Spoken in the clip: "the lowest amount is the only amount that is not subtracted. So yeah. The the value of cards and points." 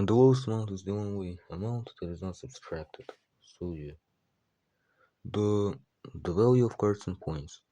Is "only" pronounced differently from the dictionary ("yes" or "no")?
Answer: yes